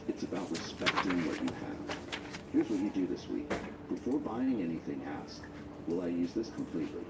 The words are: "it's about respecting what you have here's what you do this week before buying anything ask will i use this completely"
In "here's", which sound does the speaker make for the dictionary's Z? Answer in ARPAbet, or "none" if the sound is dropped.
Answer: Z